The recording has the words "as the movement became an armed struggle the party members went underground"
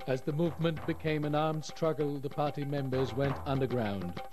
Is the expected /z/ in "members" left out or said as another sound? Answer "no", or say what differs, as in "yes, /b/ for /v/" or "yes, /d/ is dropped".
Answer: no